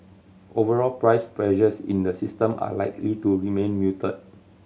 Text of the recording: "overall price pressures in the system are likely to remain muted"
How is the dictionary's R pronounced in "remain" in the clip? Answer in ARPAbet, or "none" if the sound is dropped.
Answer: R